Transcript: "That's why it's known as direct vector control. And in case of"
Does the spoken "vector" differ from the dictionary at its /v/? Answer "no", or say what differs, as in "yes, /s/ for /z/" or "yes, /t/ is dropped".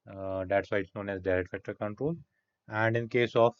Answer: yes, /f/ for /v/